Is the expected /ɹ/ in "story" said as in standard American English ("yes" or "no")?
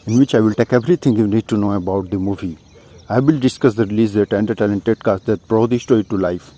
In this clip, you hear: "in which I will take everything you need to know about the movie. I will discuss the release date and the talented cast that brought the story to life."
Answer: no